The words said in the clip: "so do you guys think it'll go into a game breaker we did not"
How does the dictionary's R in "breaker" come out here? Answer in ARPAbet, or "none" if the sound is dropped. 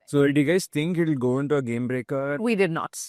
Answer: R